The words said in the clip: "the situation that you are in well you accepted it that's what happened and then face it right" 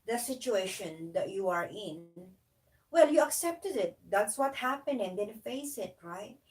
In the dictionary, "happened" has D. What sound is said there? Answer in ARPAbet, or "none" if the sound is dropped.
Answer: none